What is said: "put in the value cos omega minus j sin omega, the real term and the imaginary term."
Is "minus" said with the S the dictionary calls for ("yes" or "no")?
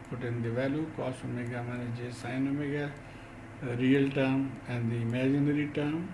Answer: no